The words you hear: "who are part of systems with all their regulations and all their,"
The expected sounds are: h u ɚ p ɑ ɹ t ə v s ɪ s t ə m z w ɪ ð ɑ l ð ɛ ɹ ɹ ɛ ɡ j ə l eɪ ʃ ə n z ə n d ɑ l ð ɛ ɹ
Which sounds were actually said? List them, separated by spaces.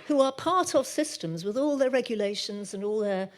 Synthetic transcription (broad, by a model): h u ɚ p ɑ ɹ t ə v s ɪ s t ə m z w ɪ ð ɑ l ð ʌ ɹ ɹ ɛ ɡ j ə l eɪ ʃ ə n z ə n ɑ l ð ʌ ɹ